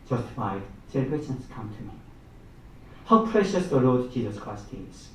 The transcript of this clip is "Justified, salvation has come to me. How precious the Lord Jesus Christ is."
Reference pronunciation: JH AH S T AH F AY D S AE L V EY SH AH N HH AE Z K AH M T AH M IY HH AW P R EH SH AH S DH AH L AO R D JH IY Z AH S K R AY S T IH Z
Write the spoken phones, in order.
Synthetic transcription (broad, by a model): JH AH S T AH F AY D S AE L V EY S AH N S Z K AH M T AH M IY HH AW P R EH SH AH S DH AH L AO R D JH IY Z AH S K R AY S T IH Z